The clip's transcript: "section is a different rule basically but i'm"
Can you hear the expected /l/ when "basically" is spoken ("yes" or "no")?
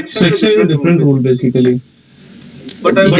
no